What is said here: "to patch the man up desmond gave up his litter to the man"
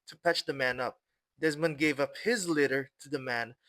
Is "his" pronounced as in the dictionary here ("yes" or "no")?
yes